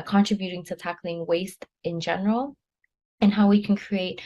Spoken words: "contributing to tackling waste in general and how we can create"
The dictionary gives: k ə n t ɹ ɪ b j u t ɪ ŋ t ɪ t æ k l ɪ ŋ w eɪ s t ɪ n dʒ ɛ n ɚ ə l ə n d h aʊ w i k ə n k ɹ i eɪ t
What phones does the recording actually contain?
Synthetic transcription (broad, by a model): k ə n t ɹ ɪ b j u t ɪ ŋ t ɪ t æ k l ɪ ŋ w eɪ s t ɪ n dʒ ɛ n ɚ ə l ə n h aʊ w i k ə n k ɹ i eɪ t